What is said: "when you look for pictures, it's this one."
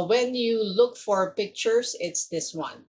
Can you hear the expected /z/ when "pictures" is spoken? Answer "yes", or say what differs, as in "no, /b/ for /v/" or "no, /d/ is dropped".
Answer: no, /s/ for /z/